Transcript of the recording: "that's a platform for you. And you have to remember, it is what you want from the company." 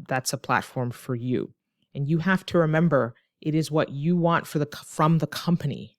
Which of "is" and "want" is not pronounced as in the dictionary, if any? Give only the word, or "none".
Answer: none